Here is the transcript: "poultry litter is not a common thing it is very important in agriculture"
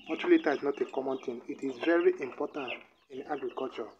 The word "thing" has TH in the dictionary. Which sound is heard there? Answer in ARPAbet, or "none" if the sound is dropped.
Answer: T